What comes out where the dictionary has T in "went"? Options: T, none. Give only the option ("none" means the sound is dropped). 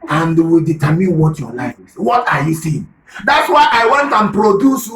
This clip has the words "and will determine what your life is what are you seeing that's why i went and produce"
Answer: T